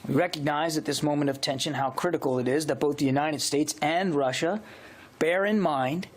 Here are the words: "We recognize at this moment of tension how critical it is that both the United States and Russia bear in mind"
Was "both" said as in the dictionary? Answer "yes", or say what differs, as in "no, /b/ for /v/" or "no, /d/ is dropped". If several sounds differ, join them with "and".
yes